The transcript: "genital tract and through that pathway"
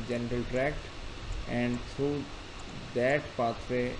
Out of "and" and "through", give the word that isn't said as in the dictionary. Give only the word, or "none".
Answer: through